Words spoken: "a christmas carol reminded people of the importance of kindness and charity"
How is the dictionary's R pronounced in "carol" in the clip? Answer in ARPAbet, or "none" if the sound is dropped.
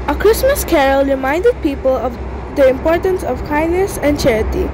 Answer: R